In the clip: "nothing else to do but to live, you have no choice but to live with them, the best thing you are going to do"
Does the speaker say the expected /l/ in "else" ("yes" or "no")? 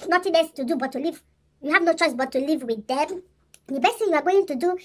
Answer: no